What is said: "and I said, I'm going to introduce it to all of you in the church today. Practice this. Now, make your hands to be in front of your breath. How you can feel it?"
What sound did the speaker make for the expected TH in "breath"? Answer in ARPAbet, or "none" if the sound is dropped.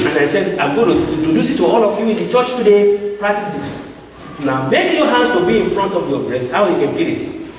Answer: S